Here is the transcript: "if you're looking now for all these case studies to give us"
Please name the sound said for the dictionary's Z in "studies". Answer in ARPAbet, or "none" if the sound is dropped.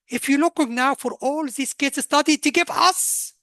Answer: none